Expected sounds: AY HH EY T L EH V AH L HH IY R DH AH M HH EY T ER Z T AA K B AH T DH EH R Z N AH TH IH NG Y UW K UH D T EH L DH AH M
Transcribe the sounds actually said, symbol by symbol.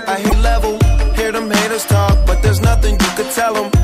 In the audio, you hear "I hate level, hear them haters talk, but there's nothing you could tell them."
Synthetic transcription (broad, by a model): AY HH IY L EH V AH L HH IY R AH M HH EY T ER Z T AA K B AH T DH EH R Z N AH TH IH NG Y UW K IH D T EH L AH M